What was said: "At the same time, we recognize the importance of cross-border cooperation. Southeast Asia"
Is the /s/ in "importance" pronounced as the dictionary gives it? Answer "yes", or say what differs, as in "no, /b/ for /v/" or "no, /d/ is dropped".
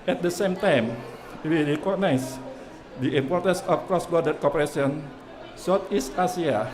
yes